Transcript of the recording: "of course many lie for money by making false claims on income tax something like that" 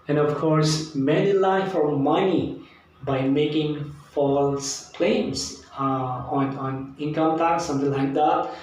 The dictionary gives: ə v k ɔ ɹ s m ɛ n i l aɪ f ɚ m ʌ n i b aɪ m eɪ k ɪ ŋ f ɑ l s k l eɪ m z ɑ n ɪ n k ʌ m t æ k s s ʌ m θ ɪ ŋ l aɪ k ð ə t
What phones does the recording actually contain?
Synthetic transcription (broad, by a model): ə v k ɔ ɹ s m ɛ n i l aɪ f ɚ m ʌ n i b aɪ m eɪ k ɪ ŋ f ɑ l s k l eɪ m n ɑ n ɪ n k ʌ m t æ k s s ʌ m t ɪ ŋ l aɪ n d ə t